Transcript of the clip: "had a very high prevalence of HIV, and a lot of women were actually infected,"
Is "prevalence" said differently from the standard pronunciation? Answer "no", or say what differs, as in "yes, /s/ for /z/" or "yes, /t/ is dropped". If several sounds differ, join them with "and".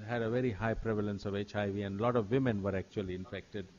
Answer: no